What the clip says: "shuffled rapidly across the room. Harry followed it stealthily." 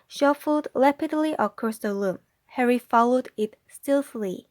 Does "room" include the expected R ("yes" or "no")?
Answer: no